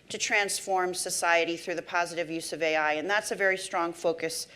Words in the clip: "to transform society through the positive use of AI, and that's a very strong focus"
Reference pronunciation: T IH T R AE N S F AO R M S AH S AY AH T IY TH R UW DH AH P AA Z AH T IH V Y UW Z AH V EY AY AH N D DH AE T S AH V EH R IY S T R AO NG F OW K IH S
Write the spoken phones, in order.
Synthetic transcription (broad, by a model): T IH T R AE N S F AO R M S AH S AY AH T IY TH R UW DH AH P AA Z AH T IH V Y UW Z AH V EY AY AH N DH AE T S AH V EH R IY S T R AO NG F OW K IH S